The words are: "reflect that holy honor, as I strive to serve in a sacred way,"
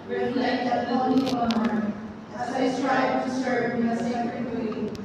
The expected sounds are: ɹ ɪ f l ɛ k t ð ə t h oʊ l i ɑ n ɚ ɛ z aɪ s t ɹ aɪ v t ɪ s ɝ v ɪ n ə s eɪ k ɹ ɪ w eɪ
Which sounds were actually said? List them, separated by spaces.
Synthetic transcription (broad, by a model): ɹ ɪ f l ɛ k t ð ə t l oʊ n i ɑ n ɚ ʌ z aɪ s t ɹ aɪ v t ɪ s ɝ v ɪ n ə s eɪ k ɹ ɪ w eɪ